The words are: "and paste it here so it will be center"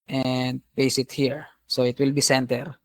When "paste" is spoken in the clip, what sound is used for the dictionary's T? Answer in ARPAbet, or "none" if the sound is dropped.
none